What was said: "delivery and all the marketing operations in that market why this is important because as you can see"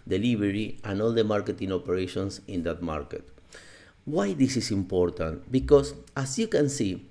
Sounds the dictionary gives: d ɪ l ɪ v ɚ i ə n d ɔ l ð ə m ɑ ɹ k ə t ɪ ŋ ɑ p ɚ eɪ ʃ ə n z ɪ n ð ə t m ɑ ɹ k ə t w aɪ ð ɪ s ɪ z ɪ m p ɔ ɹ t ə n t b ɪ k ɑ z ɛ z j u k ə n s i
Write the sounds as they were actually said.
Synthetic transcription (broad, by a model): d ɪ l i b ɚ i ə n ɔ l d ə m ɑ ɹ k ə t ɪ ŋ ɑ p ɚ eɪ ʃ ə n s ɪ n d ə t m ɑ ɹ k ə t w aɪ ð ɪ s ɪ s ɪ m p ɔ ɹ t ə n t b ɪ k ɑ s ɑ s j u k ə n s i